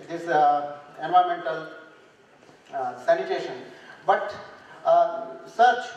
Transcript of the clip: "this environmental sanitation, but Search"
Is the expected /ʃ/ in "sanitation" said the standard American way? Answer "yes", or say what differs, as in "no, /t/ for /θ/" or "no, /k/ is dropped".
yes